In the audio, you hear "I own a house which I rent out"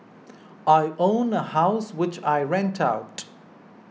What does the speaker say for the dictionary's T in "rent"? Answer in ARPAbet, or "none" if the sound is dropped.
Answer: T